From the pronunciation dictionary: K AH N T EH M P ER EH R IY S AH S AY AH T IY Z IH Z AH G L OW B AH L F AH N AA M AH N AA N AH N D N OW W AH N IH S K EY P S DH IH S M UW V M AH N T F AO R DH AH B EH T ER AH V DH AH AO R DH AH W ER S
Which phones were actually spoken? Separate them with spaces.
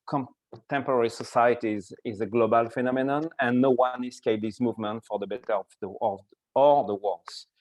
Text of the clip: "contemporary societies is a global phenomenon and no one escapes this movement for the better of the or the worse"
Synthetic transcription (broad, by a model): K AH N T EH M P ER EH R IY S AH S AY AH T IY Z IH Z AH G L OW B AH L F AH N AA M AH N AA N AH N N OW W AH N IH S K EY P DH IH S M UW V M AH N T F AO R DH AH B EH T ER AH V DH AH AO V DH AH W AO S